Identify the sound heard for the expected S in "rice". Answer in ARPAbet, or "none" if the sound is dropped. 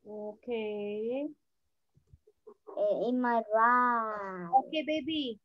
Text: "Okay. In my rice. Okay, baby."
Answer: none